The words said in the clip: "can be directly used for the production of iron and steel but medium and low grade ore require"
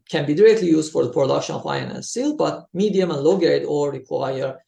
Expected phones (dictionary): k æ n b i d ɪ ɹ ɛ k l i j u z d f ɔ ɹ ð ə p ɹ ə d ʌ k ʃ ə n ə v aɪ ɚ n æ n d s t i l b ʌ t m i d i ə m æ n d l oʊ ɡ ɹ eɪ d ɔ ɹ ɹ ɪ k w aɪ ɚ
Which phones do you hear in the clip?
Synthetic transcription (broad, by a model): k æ n b i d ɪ ɹ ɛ k l i j u z d f ɔ ɹ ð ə p ɹ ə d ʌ k ʃ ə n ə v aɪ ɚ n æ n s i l b ʌ t m i d i ə m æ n l oʊ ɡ eɪ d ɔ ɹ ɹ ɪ k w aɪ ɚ